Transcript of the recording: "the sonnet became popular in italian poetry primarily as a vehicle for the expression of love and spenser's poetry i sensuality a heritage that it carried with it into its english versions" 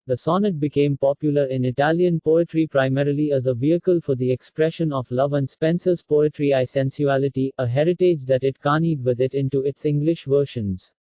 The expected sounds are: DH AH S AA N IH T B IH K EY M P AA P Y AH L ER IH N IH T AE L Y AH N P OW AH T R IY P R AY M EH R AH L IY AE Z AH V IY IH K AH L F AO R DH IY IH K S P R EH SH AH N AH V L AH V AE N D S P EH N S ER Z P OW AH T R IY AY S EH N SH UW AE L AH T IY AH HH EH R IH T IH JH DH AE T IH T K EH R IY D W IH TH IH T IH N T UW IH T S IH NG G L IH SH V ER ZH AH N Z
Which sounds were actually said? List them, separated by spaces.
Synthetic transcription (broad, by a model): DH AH S AA N IH T B IH K EY M P AA P Y L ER IH N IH T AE L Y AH N P OW AH T R IY P R AY M EH R AH L IY AE Z AH V IY IH K AH L F AO R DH IY IH K S P R EH SH AH N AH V L AH V AE N D S P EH N S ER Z P OW AH T R IY AY S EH N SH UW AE L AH T IY AH HH EH R IH T IH JH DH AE T IH T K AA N IY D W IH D IH T IH N T UW IH T S IH NG G L IH SH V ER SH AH N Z